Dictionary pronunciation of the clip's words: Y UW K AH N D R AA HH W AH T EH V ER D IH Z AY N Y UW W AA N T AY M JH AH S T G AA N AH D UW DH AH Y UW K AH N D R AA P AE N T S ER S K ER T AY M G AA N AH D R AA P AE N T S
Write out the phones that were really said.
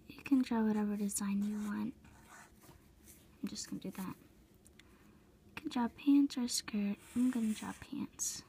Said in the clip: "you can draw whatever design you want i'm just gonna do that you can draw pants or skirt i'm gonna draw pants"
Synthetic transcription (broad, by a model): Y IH K AH N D R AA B W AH T EH V ER D IH Z AY N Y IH W AA N T AY M JH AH S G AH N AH D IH DH AH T K AH N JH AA P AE N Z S ER S K ER T AY M G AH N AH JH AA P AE N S